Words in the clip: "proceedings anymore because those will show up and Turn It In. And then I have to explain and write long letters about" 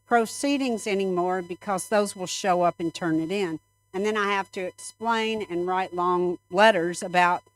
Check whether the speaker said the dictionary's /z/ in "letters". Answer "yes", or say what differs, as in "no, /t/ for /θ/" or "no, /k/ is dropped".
yes